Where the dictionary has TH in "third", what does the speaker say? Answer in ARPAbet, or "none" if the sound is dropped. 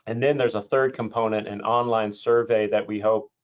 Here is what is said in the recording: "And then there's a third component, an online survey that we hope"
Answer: TH